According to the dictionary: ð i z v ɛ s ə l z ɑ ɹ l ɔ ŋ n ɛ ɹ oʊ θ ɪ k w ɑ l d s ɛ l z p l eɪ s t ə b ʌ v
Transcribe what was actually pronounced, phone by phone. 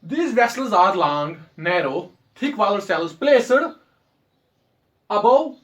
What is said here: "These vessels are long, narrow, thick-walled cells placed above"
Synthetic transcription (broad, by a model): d i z v ɛ s ə l z ɑ ɹ l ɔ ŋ n ɛ ɹ oʊ t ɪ k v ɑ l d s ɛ l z p l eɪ s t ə b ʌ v